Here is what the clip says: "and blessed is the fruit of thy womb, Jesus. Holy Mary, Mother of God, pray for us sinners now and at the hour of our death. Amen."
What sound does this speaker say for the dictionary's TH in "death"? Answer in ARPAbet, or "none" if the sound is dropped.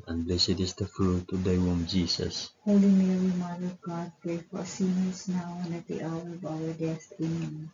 T